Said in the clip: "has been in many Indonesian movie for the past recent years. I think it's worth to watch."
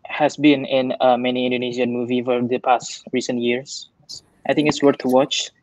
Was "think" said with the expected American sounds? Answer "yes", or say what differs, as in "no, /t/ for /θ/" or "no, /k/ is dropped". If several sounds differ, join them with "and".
no, /t/ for /θ/